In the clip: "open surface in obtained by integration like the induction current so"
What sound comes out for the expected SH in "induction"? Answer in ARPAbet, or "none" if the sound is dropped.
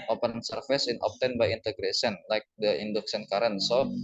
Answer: S